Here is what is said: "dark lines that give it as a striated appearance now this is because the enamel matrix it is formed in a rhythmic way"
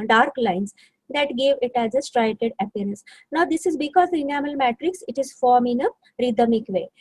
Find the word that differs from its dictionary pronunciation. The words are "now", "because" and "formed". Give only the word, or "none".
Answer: formed